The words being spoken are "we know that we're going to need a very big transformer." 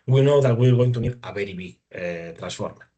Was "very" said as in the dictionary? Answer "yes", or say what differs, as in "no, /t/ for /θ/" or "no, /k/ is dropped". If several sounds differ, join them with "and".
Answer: no, /b/ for /v/